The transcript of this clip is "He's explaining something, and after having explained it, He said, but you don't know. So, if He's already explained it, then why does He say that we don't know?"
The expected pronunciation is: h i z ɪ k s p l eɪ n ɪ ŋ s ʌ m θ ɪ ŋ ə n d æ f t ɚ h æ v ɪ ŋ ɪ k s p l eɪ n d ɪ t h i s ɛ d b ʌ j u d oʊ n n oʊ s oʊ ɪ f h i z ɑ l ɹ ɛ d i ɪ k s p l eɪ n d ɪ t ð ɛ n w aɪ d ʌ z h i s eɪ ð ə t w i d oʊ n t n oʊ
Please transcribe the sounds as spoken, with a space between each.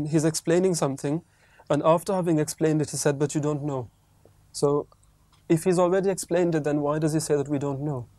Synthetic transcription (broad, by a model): h i z ɪ k s p l eɪ n ɪ ŋ s ʌ m θ ɪ ŋ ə n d æ f t ɚ h æ v ɪ ŋ ɪ k s p l eɪ n d ɪ t h i s ɛ d b ʌ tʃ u d oʊ n n oʊ s oʊ ɪ f h i z ɑ l ɹ ɛ d i ɪ k s p l eɪ n d ɪ t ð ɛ n w aɪ d ʌ z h i s eɪ ð ə t w i d oʊ n t n oʊ